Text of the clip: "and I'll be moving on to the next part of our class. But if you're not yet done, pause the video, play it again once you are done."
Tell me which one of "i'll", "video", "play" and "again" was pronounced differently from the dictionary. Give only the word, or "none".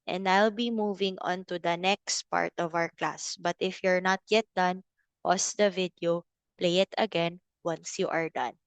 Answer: none